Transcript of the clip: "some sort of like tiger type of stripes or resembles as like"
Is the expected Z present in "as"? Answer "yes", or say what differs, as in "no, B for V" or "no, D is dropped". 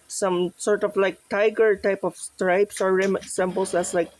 no, S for Z